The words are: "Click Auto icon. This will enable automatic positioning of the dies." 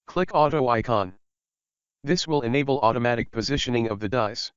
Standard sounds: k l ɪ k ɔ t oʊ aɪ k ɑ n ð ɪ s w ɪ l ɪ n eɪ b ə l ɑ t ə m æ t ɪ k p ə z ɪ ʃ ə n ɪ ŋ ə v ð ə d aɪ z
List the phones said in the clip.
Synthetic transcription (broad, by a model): k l ɪ k ɔ t oʊ aɪ k ɑ n ð ɪ s w ɪ l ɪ n eɪ b l ɑ t ə m æ t ɪ k p ə z ɪ ʃ ə n ɪ ŋ ə v ð ə d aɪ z